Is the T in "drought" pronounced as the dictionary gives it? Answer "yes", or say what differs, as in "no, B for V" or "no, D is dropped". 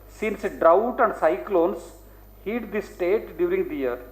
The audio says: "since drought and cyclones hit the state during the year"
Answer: yes